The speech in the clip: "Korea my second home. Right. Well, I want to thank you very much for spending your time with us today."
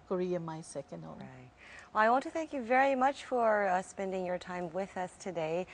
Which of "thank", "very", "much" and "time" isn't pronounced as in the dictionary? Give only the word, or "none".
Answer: none